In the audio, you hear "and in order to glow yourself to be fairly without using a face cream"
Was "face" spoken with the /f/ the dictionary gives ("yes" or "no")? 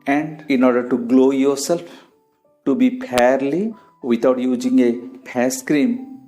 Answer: no